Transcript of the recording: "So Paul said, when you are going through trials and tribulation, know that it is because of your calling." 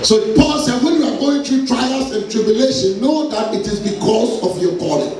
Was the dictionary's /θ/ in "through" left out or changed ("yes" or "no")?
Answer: yes